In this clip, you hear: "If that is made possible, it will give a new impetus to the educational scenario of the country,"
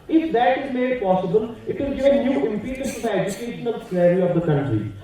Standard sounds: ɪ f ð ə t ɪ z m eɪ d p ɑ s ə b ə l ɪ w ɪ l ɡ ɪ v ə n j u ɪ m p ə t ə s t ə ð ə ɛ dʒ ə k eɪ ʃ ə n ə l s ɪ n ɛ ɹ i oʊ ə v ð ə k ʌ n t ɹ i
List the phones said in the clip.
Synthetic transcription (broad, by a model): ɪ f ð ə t ɪ z m eɪ d p ɑ s ə b ə l ɪ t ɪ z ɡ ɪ ə n j u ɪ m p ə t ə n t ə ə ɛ dʒ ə k eɪ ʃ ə n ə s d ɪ ɪ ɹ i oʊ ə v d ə k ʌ n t ɹ i